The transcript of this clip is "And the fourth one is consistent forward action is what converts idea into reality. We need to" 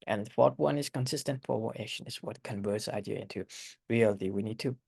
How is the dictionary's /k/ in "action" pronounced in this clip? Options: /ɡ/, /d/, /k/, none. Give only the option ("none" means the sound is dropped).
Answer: none